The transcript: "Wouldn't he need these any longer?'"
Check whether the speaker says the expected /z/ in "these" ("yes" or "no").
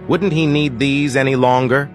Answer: yes